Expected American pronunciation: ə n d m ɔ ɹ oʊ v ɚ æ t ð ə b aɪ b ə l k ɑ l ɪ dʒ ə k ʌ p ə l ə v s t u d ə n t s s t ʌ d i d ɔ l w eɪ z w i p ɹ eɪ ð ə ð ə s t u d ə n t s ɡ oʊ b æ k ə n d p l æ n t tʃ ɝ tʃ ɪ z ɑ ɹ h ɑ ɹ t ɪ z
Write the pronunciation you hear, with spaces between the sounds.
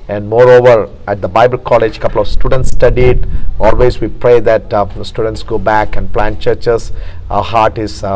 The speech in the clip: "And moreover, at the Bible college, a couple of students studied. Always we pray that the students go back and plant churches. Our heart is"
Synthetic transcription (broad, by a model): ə n d m ɔ ɹ oʊ v ɚ æ t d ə b aɪ b ə l k ɑ l ɪ dʒ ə k ʌ p ə l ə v s t u d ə n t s s t ʌ d i d ɔ l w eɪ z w i p ɹ eɪ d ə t s t u d ə n t s ɡ oʊ b æ k ə n d p l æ n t tʃ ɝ tʃ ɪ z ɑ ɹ h ɑ ɹ t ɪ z